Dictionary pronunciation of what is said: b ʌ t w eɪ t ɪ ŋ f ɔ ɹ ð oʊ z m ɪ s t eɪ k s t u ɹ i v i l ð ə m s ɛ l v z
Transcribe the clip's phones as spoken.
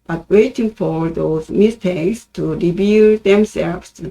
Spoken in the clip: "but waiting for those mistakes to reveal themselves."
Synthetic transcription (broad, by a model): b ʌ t w eɪ t ɪ ŋ f ɔ ɹ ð oʊ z m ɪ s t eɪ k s t u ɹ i b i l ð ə m s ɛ l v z